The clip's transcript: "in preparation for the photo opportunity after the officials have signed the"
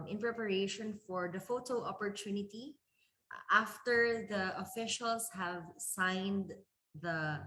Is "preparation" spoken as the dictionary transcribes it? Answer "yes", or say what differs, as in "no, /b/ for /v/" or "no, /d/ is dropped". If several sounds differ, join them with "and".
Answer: yes